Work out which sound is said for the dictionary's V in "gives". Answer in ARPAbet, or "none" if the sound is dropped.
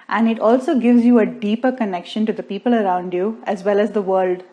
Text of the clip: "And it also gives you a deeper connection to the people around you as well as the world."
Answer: V